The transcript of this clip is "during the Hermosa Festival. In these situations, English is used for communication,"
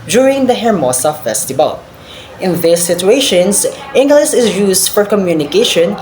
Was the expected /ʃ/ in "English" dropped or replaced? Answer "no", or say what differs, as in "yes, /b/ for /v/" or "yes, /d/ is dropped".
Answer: yes, /s/ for /ʃ/